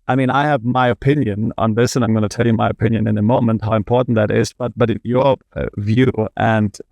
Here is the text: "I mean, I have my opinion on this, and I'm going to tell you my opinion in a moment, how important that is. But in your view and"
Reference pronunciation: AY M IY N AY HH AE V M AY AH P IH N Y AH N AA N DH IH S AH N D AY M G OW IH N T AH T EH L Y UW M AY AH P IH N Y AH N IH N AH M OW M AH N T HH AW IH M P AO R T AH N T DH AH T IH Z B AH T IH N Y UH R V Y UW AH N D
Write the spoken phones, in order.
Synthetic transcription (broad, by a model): AY M IY N AY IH V M AY AH P IH N Y AH N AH N DH IH S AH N AY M G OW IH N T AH T EH L Y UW M AY AH P IH N Y AH N IH N AH M OW M AH N T HH AW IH M P AO R T N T DH AH T IH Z B AH T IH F Y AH R V Y UW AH N